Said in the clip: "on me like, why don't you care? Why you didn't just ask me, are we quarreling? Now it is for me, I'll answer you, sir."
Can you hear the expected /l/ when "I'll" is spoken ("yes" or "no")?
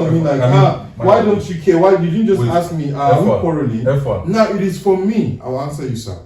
no